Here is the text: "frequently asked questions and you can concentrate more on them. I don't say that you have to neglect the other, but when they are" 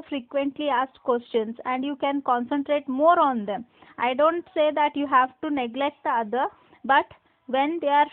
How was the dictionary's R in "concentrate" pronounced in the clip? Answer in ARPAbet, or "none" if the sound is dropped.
R